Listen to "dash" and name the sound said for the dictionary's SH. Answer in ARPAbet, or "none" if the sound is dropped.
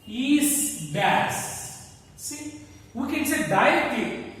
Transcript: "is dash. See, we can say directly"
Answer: S